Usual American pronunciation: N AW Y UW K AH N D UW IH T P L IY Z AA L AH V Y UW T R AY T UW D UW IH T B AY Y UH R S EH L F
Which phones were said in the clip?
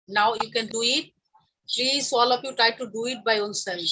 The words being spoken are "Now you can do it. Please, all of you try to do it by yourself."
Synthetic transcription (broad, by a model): N AW Y UW K AH N D UW IH T P L IY Z AA L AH P Y UW T R AY T UW D UW IH T B AY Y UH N S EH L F